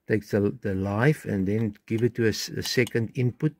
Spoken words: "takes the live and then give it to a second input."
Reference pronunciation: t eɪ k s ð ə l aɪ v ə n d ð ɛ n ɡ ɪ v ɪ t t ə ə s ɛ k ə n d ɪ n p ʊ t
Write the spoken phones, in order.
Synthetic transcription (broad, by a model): t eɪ k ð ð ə l aɪ f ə n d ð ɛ n ɡ ɪ v ɪ t t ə ə s ɛ k ə n d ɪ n p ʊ t